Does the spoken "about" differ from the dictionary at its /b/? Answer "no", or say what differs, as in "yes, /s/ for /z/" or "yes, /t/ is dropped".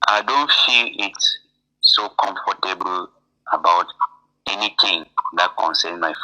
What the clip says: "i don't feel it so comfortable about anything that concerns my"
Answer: no